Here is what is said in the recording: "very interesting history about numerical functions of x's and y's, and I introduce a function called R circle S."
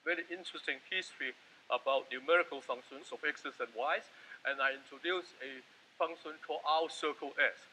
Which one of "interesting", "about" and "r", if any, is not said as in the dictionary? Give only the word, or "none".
r